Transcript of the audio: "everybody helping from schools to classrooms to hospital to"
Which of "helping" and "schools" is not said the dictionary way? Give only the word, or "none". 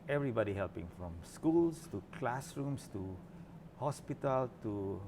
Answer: schools